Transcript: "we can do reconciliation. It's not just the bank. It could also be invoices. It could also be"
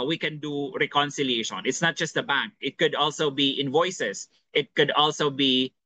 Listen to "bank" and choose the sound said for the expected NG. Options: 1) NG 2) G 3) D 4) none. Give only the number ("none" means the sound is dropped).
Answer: 1